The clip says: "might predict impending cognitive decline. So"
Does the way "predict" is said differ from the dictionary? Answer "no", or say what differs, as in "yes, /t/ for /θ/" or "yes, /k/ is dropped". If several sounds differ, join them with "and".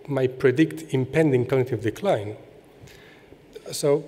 no